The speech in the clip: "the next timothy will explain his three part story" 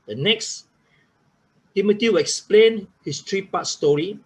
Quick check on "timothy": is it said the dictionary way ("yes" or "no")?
no